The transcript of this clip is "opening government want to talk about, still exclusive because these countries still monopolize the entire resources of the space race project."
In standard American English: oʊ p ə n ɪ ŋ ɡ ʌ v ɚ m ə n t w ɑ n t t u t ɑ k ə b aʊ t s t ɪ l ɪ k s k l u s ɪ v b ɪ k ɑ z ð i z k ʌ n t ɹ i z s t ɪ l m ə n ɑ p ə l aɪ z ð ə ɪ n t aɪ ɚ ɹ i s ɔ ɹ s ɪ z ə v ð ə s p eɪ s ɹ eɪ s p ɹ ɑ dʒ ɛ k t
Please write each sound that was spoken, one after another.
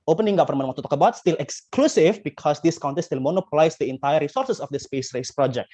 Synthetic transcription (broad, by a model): oʊ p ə n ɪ ŋ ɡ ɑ f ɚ m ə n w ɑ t t u t ɑ k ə b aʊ t s t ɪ l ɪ k s k l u s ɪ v b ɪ k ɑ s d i s k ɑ n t i s t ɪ l m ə n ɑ p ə l aɪ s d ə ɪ n t aɪ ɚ ɹ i s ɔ ɹ s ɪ s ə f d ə s p eɪ s ɹ eɪ s p ɹ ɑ dʒ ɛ k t